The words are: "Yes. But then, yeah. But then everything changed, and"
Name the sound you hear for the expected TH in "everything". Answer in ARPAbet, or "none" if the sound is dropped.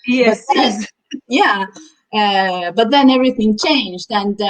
TH